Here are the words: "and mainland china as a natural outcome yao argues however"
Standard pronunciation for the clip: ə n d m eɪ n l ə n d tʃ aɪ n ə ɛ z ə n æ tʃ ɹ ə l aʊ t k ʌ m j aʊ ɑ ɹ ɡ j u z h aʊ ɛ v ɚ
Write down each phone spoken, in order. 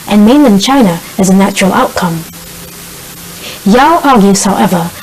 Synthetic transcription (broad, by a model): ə n m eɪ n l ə n tʃ aɪ n ə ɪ z ə n æ tʃ ɹ ə l aʊ t k ʌ m j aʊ ɑ ɹ ɡ j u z h aʊ ɛ v ɚ